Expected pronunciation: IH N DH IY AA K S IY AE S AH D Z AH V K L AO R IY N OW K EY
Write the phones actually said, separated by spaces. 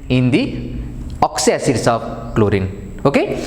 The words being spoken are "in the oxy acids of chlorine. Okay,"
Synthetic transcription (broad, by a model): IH N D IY AA K S IY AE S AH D S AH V K L AO R IY N OW K EY